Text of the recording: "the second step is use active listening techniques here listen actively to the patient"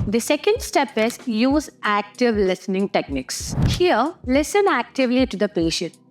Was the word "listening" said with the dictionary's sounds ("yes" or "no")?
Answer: yes